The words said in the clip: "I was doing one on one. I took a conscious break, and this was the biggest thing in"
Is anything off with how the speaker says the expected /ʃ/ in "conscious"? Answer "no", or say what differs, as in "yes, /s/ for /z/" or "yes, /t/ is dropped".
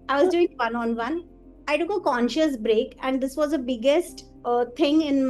no